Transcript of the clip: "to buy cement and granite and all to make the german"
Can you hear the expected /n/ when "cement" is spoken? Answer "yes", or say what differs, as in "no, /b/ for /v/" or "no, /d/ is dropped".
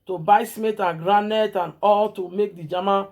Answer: no, /n/ is dropped